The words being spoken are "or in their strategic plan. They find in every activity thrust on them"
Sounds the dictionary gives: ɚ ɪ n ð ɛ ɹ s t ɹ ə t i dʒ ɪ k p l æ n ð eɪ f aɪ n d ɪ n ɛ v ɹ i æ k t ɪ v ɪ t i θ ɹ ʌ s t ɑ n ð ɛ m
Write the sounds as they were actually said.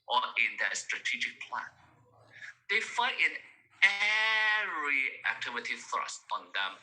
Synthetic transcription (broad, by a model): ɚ ɪ n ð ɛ s t ɹ ə t i dʒ ɪ k p l æ n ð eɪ f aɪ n ɪ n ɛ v ɹ i æ k t ɪ v ɪ t i θ ɹ ʌ s t ɑ n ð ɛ m